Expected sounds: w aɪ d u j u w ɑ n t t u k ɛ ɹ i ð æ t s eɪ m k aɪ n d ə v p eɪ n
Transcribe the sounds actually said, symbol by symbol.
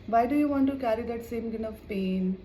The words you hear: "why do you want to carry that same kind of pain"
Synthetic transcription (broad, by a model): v aɪ d u j u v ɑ n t t u k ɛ ɹ i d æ t s eɪ m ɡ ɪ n ə v p eɪ n